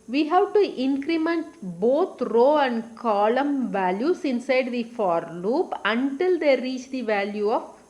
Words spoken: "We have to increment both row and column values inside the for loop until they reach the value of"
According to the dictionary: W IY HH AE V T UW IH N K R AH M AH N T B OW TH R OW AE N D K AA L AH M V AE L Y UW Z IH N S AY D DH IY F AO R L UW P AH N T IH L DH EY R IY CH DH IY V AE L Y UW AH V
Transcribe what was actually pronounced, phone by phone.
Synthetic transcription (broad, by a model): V IY HH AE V T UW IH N K R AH M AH N T B OW T R OW AE N D K AA L AH M V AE L Y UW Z IH N S AY D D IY F AO R L UW P AH N T IH L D EY R IY CH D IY V AE L Y UW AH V